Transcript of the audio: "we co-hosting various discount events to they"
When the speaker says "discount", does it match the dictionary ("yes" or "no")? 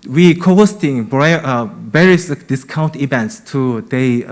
yes